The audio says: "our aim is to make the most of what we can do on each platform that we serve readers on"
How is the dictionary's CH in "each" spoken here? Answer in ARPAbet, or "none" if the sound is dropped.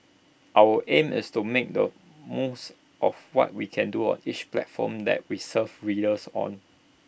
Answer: CH